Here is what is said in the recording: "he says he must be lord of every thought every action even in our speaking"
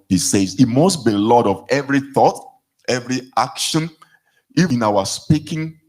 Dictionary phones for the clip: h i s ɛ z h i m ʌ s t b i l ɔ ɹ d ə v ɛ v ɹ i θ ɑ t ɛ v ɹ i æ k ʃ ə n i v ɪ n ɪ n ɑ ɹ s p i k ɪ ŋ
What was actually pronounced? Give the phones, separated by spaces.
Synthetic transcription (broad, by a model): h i s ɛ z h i m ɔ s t b i l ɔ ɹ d ə v ɛ v ɹ i θ ɑ t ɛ v ɹ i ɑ k ʃ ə n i ɪ n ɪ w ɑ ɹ s p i k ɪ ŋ